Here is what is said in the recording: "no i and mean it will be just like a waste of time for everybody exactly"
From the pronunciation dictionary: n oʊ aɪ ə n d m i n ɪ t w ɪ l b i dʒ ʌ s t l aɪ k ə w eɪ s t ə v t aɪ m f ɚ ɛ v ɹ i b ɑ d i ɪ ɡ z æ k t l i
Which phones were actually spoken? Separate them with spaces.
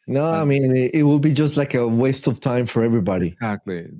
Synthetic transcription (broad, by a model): n oʊ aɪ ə m i n ɪ t w ɪ l b i dʒ ʌ s t l aɪ k ə w eɪ s t ə v t aɪ m f ɚ ɛ v ɹ i b ɑ d i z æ k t l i